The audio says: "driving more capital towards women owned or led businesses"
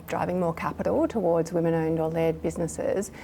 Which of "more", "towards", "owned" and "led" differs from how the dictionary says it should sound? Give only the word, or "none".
none